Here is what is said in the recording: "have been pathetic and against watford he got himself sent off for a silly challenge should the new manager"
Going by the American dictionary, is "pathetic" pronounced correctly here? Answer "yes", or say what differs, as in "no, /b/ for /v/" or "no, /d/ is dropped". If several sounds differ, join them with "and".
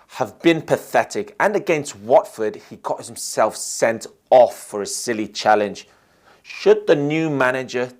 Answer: yes